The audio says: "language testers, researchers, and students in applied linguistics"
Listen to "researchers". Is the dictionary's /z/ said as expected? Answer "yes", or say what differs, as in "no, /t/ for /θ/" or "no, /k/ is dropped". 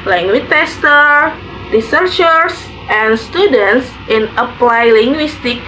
no, /s/ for /z/